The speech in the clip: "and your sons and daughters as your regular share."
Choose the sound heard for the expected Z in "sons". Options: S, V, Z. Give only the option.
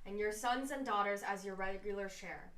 Z